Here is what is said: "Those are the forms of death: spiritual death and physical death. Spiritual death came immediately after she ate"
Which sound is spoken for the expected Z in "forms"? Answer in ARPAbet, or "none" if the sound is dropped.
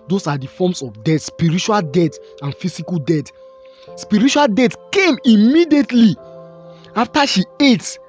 S